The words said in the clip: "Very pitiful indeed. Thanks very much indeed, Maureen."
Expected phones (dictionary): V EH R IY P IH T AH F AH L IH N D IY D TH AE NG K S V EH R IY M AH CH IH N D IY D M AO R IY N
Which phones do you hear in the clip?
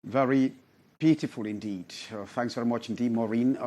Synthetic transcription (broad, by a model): V EH R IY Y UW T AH F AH L IH N D IY D TH AE NG K S V EH R IY M AH CH IH N D IY D M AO R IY N